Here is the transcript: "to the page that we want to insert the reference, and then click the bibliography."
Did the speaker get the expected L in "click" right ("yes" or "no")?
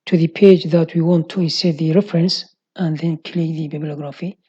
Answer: yes